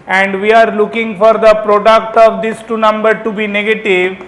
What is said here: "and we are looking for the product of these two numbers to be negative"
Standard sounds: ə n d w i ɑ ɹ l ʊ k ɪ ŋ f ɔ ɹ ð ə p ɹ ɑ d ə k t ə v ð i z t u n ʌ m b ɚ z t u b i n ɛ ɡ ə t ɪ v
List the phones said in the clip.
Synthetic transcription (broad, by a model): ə n d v i ɑ ɹ l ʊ k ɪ ŋ f ɔ ɹ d ə p ɹ ɑ d ə k t ə v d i s t u n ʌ m b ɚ t u b i n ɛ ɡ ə t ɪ v